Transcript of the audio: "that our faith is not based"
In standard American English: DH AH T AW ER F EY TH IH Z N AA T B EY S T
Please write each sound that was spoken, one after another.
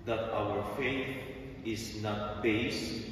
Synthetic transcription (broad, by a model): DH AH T AW ER F EY TH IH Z N AA T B EY S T